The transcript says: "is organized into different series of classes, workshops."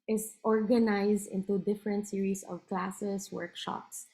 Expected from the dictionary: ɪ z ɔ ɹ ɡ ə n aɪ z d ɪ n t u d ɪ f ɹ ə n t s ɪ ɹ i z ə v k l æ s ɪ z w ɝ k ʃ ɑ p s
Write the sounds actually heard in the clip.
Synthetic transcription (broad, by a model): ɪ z ɔ ɹ ɡ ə n aɪ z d ɪ n t u d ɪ f ɹ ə n t s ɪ ɹ i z ə v k l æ s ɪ s w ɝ k ʃ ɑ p s